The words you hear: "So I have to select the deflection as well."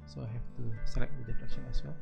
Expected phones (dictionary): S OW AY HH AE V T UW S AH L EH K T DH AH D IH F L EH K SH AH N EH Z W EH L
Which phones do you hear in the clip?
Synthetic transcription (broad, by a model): S OW AY HH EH F T UW S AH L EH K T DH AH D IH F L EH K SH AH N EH S W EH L